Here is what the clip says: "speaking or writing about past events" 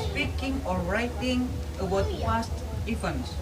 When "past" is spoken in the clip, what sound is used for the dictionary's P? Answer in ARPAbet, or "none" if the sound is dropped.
F